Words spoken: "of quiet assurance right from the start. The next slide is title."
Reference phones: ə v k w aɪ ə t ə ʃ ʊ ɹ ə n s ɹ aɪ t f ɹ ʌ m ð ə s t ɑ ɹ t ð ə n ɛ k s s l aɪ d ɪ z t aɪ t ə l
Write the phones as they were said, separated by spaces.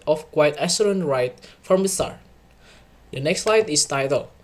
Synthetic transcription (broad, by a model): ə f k w aɪ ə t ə s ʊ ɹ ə n ɹ aɪ t f ɹ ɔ m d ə s t ɑ ɹ t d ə n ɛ k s s l aɪ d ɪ s t aɪ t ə l